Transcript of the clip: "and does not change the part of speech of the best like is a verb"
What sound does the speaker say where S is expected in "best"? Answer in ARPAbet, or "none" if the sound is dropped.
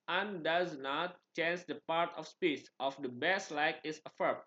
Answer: S